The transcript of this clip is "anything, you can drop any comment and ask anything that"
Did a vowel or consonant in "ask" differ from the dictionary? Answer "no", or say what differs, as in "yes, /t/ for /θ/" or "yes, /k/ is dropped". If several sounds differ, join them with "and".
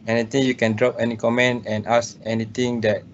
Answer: yes, /k/ is dropped